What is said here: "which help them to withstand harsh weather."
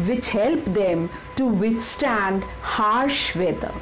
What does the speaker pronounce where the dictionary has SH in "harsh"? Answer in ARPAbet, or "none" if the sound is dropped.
SH